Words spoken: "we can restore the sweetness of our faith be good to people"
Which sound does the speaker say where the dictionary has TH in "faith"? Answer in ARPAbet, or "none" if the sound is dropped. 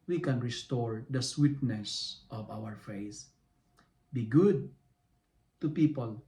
S